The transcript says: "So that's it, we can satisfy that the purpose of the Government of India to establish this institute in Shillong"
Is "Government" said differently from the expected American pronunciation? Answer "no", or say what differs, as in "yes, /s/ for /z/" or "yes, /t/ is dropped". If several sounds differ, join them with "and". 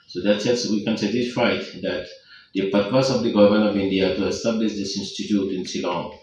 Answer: yes, /t/ is dropped